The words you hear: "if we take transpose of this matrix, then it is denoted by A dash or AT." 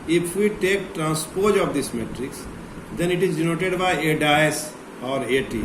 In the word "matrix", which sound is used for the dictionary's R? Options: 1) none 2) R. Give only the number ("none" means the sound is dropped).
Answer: 2